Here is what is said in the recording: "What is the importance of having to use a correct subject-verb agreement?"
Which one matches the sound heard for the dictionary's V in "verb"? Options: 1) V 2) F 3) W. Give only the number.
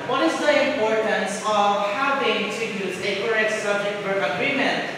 3